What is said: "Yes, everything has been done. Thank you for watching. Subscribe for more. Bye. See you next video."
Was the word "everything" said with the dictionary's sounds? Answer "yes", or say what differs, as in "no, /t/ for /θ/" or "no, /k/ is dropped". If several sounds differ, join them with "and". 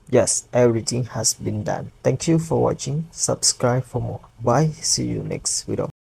no, /t/ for /θ/